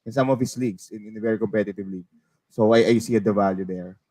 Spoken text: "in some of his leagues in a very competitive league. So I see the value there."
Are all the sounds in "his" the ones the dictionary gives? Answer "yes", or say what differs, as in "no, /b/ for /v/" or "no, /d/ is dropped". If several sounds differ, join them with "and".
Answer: no, /s/ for /z/